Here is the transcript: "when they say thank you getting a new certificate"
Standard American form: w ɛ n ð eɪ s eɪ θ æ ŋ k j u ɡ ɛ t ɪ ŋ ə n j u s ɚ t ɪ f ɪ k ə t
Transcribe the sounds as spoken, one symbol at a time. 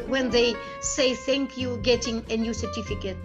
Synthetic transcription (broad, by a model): w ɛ n ð eɪ s eɪ θ æ ŋ k j u ɡ ɛ t ɪ ŋ ə n j u s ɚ t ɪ f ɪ k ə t